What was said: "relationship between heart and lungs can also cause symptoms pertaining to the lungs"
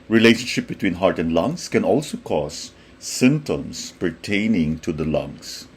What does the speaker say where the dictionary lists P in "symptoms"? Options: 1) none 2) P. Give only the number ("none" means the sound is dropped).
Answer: 1